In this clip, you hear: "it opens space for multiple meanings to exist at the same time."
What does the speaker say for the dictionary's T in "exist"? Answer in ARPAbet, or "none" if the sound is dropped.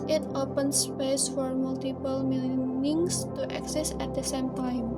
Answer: none